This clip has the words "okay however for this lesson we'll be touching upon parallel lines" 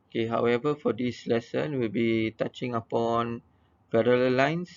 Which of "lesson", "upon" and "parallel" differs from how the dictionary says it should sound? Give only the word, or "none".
parallel